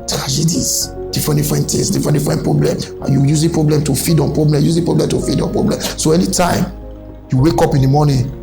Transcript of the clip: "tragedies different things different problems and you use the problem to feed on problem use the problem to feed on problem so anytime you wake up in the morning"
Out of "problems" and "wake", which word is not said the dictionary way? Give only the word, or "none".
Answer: problems